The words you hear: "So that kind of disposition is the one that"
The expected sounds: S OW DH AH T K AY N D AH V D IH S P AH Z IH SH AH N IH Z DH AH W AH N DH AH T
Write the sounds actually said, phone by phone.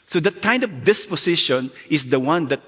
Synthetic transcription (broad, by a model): S OW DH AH T K AY N D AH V D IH S P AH S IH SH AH N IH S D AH W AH N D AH T